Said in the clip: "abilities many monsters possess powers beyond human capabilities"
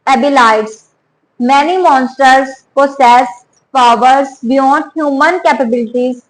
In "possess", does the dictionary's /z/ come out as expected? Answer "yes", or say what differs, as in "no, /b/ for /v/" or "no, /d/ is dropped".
no, /s/ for /z/